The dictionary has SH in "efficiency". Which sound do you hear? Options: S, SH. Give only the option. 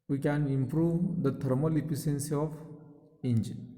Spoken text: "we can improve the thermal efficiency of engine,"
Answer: S